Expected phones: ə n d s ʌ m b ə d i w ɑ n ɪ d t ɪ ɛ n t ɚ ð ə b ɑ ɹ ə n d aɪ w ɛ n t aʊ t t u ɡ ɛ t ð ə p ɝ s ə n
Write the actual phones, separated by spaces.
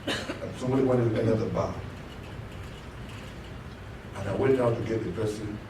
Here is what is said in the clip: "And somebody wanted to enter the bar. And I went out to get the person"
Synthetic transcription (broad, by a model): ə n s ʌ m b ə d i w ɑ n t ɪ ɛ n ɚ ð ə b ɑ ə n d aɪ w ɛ t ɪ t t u ɡ ɛ t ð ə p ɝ s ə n